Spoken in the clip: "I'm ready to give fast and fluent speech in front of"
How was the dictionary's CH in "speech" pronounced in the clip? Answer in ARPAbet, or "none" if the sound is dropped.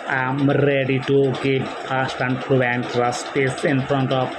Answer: S